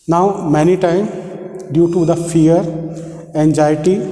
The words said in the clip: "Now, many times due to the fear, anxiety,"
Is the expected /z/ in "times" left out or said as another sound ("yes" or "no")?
yes